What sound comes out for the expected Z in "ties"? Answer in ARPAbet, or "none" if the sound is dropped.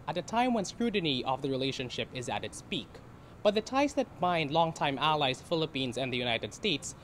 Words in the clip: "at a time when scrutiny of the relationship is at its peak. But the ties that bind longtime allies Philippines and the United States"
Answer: S